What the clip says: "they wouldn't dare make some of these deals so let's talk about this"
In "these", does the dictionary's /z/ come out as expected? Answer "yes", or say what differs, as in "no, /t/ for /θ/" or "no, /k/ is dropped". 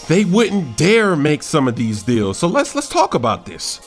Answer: yes